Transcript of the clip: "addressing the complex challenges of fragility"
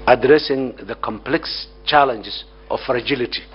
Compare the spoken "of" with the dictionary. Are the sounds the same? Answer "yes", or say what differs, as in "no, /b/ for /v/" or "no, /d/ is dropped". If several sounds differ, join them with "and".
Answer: no, /f/ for /v/